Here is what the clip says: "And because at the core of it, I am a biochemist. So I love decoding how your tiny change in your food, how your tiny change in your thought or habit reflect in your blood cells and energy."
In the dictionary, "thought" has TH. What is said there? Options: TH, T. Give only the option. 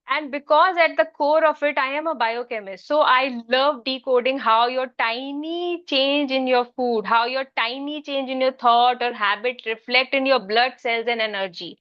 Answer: T